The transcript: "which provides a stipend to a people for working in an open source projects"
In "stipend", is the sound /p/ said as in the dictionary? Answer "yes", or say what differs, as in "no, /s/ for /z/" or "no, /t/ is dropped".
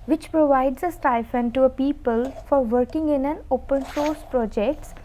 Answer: no, /f/ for /p/